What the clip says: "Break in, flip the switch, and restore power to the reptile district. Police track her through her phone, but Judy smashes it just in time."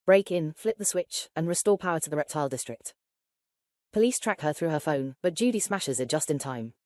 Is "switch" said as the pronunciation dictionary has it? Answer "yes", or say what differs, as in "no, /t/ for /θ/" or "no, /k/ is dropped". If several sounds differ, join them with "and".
yes